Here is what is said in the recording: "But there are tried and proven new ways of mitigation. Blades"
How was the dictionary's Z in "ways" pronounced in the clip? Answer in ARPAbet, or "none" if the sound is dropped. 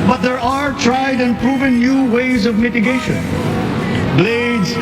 Z